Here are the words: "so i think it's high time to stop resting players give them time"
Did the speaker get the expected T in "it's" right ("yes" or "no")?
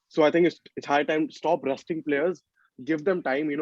no